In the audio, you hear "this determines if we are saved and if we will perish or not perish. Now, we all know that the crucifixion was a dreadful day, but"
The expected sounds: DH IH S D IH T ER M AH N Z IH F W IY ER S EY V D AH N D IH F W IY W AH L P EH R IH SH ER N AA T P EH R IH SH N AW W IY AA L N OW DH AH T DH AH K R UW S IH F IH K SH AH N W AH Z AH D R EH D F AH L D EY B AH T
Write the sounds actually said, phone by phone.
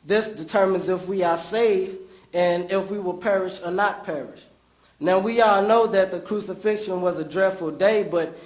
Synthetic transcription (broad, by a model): DH IH S D IH T ER M AH N Z IH F W IY ER S EY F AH N IH F W IY W AH L P EH R IH SH ER N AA T P EH R IH SH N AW W IY AA L N OW DH AH T DH AH K R UW S IH F IH K SH AH N W AH Z AH D R EH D F L D EY B AH T